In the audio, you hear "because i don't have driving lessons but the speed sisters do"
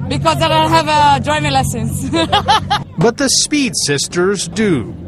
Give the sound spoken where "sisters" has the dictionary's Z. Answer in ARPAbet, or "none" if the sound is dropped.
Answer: Z